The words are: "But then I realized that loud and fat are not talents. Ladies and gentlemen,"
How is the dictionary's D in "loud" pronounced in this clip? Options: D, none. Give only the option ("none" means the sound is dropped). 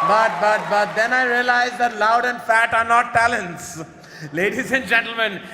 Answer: D